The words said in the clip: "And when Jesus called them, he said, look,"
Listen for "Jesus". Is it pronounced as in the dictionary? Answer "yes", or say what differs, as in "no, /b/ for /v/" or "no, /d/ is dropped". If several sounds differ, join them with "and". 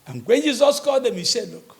yes